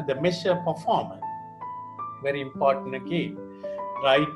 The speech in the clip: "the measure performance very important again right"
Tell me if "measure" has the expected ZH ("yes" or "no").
no